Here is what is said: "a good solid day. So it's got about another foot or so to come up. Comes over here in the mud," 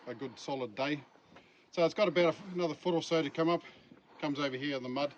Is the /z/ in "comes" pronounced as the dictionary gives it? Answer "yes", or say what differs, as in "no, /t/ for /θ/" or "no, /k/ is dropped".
yes